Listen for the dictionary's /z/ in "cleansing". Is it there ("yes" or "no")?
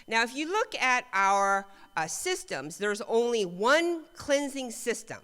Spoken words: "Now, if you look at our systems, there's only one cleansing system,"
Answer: yes